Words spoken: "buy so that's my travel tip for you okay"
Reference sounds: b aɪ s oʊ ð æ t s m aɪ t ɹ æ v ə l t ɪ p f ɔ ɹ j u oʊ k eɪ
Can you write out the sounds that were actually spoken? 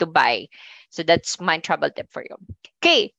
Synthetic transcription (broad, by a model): b aɪ s oʊ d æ t s m aɪ t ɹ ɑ b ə l t ɪ p f ɔ ɹ j u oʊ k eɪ